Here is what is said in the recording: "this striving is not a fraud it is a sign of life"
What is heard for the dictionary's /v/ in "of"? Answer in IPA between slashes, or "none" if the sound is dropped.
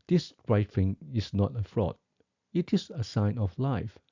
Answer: /f/